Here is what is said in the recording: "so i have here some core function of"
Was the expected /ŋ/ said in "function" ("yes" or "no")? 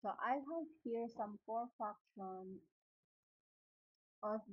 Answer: no